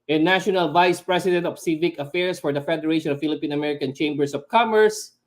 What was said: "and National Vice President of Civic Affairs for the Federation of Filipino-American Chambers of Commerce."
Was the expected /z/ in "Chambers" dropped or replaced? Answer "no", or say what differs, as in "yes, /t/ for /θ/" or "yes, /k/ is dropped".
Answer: yes, /s/ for /z/